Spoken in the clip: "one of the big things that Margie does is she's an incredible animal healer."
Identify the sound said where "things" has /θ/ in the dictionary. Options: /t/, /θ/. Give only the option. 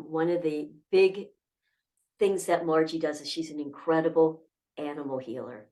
/θ/